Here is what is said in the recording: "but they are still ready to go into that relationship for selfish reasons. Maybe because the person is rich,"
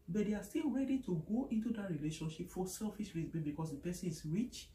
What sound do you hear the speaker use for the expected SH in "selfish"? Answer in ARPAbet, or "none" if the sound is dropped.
S